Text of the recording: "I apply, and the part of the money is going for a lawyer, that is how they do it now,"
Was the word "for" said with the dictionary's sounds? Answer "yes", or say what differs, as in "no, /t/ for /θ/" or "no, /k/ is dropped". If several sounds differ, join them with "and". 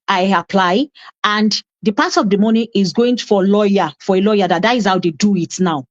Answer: no, /l/ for /ɹ/